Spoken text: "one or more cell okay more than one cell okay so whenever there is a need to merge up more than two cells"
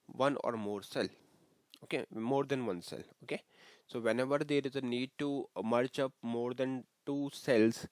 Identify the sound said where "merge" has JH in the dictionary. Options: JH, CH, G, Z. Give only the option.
CH